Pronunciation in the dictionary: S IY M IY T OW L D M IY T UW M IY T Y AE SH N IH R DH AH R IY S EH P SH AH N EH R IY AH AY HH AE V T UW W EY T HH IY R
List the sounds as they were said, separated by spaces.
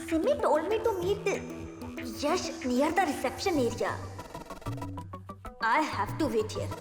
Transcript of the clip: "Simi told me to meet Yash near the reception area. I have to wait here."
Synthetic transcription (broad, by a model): S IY M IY T OW L D M IY T UW M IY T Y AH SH L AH R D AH R IY S EH P SH AH N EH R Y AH AY HH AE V T UW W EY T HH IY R